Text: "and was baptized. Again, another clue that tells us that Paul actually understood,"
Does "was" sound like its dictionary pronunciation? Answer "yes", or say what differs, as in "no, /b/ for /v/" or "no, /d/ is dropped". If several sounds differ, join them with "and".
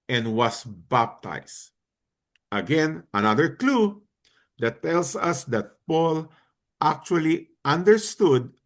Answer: no, /s/ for /z/